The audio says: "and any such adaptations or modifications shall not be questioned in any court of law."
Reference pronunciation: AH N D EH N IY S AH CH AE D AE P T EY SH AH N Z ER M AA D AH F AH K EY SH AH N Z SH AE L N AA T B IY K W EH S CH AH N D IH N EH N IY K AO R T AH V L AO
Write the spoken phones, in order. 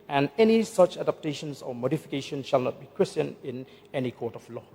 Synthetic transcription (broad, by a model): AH N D EH N IY S AH CH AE D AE P T EY SH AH N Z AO M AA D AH F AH K EY SH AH N SH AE L N AA T B IY K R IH S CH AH N IH N EH N IY K AO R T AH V L AO